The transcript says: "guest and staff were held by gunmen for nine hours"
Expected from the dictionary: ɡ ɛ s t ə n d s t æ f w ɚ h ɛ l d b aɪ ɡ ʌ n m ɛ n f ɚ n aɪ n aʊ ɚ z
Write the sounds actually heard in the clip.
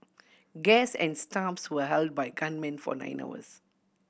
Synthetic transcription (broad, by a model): ɡ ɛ s ə n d s t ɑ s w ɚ h ɛ l d b aɪ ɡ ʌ n m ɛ n f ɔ n aɪ n aʊ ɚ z